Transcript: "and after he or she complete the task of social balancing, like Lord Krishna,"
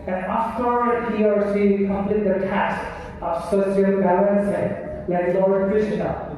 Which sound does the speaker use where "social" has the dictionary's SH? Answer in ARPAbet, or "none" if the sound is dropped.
S